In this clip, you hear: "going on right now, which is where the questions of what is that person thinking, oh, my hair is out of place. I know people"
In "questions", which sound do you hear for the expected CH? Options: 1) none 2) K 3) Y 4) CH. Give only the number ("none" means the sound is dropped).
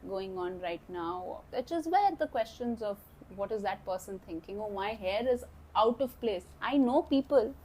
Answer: 4